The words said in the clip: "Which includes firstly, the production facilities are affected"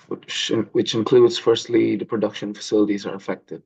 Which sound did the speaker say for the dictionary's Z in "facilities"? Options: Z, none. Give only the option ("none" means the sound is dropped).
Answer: Z